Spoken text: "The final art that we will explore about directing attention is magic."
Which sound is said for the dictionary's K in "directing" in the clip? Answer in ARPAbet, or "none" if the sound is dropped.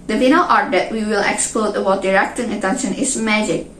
K